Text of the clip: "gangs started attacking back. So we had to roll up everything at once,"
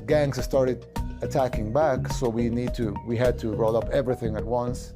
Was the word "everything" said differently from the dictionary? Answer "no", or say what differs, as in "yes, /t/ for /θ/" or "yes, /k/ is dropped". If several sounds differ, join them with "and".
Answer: no